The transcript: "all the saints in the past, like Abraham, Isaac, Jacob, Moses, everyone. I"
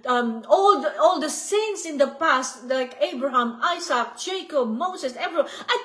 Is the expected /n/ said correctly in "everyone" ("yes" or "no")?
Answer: no